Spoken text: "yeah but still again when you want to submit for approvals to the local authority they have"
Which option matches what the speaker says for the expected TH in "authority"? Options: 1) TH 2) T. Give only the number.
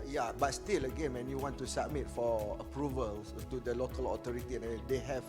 2